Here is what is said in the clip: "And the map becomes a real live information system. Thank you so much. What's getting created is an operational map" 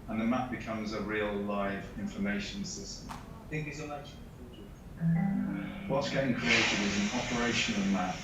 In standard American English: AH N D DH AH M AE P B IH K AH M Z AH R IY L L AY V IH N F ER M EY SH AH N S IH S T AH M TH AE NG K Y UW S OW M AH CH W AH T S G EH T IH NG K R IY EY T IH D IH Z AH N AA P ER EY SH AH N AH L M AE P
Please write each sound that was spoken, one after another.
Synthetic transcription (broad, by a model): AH N DH AH M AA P B IH K AH M Z AH R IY L L AY V IH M F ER M EY SH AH N S IH S T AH M TH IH NG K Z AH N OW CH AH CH W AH T S G EH T IH NG K R IY EY T IH D IH Z AH N AA P ER EY SH AH N AH L M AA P